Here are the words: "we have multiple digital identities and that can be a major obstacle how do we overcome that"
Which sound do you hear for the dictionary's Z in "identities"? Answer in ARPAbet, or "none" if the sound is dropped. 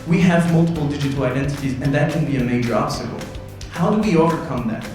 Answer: Z